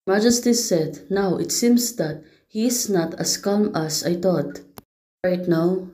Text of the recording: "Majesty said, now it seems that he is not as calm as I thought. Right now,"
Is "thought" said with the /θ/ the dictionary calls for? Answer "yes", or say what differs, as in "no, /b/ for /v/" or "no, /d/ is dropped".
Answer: no, /t/ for /θ/